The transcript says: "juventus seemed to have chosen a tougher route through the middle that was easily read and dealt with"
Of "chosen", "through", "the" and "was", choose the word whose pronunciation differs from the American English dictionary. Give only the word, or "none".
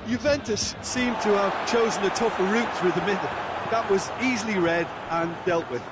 none